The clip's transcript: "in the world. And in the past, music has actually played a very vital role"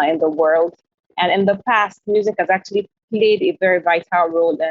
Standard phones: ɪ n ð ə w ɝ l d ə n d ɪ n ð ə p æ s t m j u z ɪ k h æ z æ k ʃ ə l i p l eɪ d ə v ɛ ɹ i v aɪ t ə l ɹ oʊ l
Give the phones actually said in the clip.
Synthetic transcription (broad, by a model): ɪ n ð ə w ɝ l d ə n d ɪ n ð ə p æ s t m j u z ɪ k h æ z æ k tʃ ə l i p l eɪ d ə v ɛ ɹ i v aɪ t ə l ɹ oʊ l